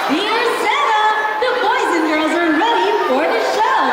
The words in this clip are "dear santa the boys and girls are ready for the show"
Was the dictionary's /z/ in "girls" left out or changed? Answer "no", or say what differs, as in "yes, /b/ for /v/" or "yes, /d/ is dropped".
no